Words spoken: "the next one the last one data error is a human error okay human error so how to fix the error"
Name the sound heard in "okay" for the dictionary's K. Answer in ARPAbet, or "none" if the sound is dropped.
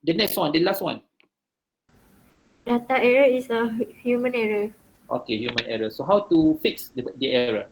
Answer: K